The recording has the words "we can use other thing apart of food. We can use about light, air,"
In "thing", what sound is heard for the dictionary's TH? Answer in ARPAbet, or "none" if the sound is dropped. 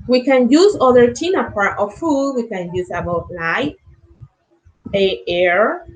T